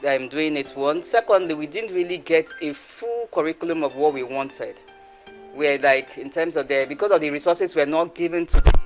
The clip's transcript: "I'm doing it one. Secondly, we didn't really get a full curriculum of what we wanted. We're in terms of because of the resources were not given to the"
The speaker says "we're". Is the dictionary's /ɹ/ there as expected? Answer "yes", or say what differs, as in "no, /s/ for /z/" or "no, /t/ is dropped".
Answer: no, /l/ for /ɹ/